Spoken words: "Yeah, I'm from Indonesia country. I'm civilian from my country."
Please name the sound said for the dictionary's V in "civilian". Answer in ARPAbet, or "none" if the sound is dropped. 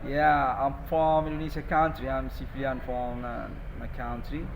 F